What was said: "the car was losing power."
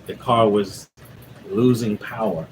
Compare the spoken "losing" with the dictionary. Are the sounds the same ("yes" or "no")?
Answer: yes